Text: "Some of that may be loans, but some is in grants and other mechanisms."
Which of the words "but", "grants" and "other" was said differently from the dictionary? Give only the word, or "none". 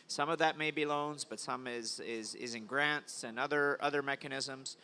none